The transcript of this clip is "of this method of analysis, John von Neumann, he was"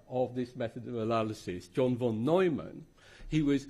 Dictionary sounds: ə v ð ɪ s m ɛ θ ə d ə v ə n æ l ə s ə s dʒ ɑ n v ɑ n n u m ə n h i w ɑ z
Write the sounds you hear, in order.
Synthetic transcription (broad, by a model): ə v ð ɪ s m ɛ θ ə d ə v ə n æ l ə s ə s dʒ ɑ n v ɑ n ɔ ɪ m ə n h i w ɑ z